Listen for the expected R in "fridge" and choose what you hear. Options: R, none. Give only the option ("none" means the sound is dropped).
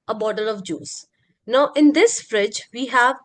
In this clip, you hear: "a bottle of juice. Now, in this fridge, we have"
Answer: R